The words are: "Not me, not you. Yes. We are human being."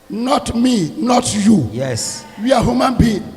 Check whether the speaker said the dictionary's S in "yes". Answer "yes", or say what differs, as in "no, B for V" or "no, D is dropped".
yes